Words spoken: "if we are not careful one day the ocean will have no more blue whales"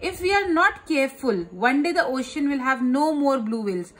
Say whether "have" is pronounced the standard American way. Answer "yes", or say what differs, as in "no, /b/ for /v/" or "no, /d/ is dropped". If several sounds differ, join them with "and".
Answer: yes